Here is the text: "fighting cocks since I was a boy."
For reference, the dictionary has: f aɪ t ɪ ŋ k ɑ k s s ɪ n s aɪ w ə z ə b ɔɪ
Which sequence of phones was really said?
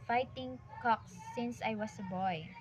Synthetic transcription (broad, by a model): f aɪ t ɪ ŋ k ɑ k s s ɪ n s aɪ w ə s ə b ɔɪ